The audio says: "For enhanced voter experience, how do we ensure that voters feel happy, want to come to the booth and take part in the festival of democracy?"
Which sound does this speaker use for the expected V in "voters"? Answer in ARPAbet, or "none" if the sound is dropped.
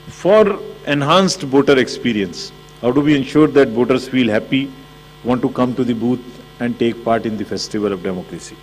B